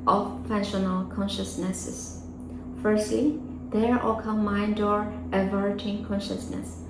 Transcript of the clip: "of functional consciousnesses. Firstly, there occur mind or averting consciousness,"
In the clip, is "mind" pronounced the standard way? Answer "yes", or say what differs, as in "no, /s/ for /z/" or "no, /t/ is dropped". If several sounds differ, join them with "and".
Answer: yes